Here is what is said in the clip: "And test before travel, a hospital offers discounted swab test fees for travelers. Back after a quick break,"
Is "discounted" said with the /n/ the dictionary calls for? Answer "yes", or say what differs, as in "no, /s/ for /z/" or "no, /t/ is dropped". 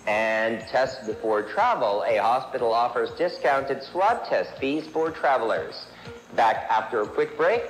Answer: yes